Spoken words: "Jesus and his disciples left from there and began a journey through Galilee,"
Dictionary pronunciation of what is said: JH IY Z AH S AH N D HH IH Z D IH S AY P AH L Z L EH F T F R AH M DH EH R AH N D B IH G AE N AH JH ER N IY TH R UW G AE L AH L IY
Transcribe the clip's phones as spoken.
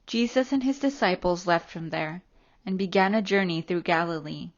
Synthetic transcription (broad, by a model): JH IY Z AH S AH N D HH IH Z D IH S AY P L Z L EH F T F R AH M DH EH R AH N B IH G AE N AH JH ER N IY TH R UW G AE L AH L IY